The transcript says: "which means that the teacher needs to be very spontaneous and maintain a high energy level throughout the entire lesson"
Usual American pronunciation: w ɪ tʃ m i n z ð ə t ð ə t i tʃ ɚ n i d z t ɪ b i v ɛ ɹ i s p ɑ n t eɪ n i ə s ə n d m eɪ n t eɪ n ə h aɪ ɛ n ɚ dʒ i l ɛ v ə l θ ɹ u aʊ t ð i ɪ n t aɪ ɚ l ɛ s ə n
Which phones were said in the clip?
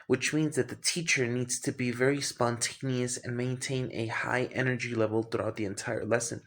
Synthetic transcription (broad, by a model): w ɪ tʃ m i n z ð ə t ð ə t i tʃ ɚ n i d z t ɪ b i v ɛ ɹ i s p ɑ n t eɪ n i ə s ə n m eɪ n t eɪ n ə h aɪ ɛ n ɚ dʒ i l ɛ v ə l θ ɹ u aʊ t ð i ɪ n t aɪ ɚ l ɛ s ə n